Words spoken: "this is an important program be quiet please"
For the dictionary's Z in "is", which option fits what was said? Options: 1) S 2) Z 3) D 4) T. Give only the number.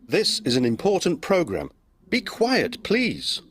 2